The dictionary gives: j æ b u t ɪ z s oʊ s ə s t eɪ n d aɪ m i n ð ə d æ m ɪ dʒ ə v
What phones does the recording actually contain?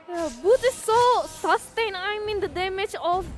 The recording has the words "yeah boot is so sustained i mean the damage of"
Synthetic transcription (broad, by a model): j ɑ b u t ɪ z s oʊ s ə s t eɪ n aɪ m i n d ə d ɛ m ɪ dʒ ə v